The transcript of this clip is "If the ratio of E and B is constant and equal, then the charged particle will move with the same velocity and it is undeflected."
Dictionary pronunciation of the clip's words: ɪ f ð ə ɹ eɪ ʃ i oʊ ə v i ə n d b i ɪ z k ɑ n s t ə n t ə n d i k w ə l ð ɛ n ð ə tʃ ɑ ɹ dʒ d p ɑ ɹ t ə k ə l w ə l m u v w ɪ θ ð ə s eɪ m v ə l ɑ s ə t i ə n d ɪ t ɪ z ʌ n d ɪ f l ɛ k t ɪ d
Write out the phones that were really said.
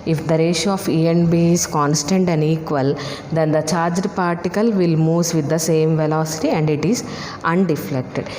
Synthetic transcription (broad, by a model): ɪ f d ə ɹ eɪ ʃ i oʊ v i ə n b i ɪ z k ɑ n s t ə n t ə n d i k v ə l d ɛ n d ə tʃ ɑ ɹ dʒ d p ɑ ɹ t ə k ə l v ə l m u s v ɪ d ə s eɪ m v ə l ɑ s ə t i ə n d ɪ t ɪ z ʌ n d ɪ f l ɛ k t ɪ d